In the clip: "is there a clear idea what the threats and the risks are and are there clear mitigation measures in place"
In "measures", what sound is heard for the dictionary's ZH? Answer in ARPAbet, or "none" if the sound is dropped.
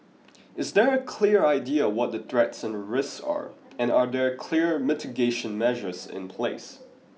ZH